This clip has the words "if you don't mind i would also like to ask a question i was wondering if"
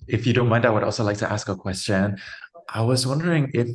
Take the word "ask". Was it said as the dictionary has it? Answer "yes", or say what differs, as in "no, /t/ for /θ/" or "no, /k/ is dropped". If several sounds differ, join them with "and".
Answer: yes